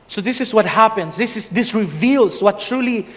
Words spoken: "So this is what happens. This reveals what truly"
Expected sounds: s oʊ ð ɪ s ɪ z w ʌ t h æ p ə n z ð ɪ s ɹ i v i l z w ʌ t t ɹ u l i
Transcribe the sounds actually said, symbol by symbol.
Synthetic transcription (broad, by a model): s oʊ ð ɪ s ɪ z w ʌ t h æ p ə n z ð ɪ s ɹ i v i l z w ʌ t t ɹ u l i